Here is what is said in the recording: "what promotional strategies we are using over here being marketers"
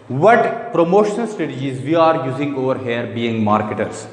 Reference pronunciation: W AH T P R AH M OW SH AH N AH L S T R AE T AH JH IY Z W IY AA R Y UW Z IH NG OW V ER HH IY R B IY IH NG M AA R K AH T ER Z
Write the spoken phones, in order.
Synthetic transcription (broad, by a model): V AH T P R AH M OW SH AH N AH L S T EH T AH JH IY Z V IY AA R Y UW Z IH NG OW V ER HH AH R B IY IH NG M AA R K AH T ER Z